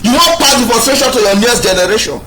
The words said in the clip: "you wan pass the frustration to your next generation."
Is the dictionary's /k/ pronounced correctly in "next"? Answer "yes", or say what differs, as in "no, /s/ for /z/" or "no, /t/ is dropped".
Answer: no, /k/ is dropped